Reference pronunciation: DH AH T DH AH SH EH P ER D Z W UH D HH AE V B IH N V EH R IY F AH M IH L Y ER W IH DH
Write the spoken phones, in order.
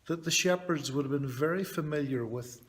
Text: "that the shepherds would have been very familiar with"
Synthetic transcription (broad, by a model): DH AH T DH AH SH EH P ER D Z W UH D V B IH N V EH R IY F AH M IH L Y ER W IH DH